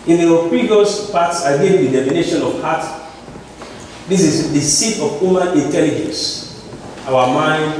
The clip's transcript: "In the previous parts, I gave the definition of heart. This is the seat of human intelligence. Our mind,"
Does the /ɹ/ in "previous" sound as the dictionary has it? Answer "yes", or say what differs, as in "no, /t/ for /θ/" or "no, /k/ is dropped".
no, /ɹ/ is dropped